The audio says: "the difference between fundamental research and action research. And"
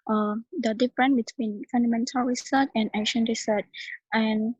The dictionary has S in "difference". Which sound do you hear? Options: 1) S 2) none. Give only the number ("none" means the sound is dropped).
2